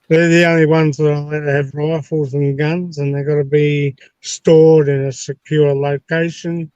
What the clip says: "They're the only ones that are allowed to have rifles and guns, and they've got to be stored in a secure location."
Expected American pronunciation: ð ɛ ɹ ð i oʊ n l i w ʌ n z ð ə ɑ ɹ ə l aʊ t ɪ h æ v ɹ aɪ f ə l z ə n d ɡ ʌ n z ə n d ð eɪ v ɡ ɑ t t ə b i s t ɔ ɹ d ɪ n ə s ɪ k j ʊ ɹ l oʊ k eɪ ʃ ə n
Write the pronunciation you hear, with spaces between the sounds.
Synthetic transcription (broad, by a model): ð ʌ ɹ ð i oʊ n l i w ʌ n z ð ə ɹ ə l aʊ t ɪ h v ɹ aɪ f l z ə n ɡ ʌ n z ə n ð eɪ ɡ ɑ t t ə b i s t ɔ ɹ d ɪ n ə s ɪ k j ʊ ɹ l oʊ k eɪ ʃ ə n